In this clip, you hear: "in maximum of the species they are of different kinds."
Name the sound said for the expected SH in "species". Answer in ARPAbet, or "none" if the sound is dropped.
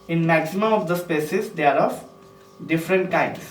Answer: S